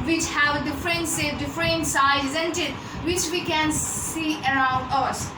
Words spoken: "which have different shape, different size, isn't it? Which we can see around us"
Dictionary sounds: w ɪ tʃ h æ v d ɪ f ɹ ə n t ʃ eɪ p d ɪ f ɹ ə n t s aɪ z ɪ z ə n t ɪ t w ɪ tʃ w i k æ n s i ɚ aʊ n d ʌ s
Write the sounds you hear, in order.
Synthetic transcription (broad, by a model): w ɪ tʃ h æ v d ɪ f ɹ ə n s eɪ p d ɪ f ɹ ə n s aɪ ɪ z ə n t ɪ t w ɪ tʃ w i k æ n s i ɚ aʊ n d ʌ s